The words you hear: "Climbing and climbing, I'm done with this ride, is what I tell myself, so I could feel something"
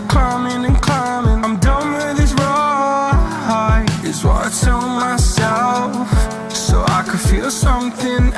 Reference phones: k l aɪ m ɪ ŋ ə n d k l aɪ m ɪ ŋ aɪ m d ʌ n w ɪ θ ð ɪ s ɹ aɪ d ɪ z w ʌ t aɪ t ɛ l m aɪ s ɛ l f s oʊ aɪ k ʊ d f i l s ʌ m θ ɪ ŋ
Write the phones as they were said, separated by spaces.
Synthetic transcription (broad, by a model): k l aɪ m ɪ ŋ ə n k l aɪ m ɪ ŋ aɪ m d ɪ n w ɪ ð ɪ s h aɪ ɪ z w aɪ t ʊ n m aɪ s ɛ l f s oʊ aɪ k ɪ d f i l s ʌ m θ ɪ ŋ